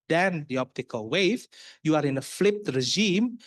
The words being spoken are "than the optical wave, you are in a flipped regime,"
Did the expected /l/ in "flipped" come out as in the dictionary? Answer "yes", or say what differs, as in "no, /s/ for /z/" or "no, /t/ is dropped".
yes